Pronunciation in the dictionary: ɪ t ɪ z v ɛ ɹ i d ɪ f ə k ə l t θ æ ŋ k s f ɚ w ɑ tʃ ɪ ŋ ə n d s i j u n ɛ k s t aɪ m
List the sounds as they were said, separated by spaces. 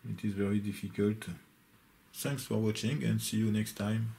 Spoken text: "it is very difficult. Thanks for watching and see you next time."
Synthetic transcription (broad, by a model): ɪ t ɪ z v ɛ ɹ i d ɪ f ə k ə l t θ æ ŋ k s f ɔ w ɑ tʃ ɪ ŋ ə n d s i j u n ɛ k s t aɪ m